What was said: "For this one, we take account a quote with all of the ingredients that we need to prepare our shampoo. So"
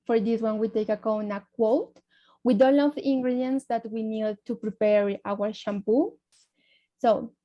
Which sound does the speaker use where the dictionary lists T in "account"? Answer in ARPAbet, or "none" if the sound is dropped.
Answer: none